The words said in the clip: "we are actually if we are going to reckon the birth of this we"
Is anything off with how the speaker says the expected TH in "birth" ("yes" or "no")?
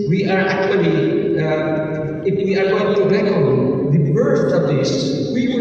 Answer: yes